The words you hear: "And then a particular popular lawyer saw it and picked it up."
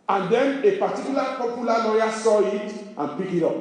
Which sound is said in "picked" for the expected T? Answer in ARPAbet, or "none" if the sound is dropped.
none